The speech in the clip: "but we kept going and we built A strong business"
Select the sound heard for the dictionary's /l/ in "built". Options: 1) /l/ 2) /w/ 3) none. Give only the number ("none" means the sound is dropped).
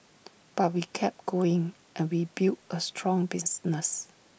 3